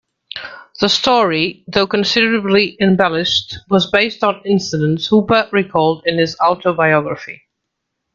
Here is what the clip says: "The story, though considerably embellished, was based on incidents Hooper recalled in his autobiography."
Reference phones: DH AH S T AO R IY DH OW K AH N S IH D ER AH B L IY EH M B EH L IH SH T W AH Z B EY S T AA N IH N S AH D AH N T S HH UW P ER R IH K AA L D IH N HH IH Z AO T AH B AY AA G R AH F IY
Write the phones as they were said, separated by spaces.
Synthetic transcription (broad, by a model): DH AH S T AO R IY DH OW K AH N S IH D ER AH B L IY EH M B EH L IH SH T W AH Z B EY S T N IH N S AH D AH N T S HH UW B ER R IH K AA L D IH N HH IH Z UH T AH B AY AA G R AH F IY